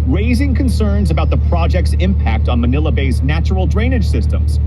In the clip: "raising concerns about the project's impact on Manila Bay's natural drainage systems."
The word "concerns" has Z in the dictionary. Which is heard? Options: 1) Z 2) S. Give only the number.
1